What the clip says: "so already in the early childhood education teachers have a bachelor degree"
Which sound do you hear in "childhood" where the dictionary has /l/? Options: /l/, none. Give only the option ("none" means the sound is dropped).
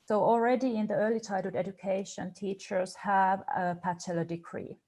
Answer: none